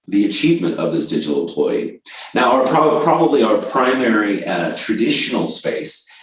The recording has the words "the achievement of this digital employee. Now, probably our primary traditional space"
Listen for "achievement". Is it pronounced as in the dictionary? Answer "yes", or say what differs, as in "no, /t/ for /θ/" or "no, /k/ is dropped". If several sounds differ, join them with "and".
yes